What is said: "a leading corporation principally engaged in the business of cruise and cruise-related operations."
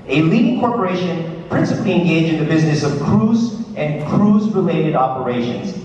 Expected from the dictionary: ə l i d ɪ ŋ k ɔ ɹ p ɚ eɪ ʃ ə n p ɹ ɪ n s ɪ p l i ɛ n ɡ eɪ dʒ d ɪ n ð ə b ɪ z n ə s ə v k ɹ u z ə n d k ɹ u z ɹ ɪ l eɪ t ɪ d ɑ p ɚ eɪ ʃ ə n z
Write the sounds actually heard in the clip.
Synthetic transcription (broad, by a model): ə l i d ɪ ŋ k ɔ ɹ p ɚ eɪ ʃ ə n p ɹ ɪ n s ɪ p l i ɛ n ɡ eɪ dʒ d ɪ n ð ə b ɪ z n ə s ə v k ɹ u z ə n k ɹ u z ɹ ɪ l eɪ t ɪ d ɑ p ɚ eɪ ʃ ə n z